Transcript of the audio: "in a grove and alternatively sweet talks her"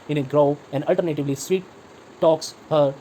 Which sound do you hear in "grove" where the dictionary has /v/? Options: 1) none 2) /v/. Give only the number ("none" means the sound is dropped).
1